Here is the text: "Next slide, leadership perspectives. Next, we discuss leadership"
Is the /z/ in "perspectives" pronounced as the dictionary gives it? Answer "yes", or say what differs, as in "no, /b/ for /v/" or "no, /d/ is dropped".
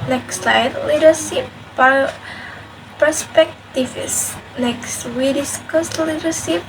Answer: no, /s/ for /z/